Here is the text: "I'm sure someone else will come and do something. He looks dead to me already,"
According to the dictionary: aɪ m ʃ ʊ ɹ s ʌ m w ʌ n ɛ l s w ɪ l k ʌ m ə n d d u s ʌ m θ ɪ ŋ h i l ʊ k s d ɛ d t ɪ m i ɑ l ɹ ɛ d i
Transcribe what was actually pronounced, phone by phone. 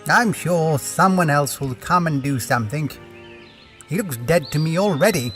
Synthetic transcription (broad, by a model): aɪ m ʃ ʊ ɹ s ʌ m w ʌ n ɛ l s w ɪ l k ʌ m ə n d d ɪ s ʌ m θ ɪ ŋ h i l ʊ k s d ɛ d t ɪ m i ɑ l ɹ ɛ d i